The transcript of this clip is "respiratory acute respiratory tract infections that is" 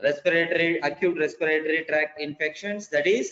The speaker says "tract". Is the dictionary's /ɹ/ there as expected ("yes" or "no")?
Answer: yes